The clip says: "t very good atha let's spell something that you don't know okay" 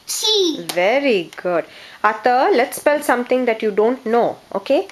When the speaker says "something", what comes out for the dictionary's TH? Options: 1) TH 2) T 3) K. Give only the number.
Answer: 2